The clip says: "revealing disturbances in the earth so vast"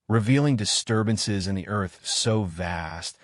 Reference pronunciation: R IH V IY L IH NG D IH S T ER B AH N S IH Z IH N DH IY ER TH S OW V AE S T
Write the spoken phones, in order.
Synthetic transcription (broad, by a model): R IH V IY L IH NG D IH S T ER B AH N S IH Z IH N DH IY ER TH S OW V AE S T